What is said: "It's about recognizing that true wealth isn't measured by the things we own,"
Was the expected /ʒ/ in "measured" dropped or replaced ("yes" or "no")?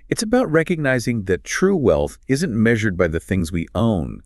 no